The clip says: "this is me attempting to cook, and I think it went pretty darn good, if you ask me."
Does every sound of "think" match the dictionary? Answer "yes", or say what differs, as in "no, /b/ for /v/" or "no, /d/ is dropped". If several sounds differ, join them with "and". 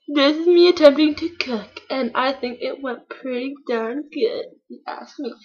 yes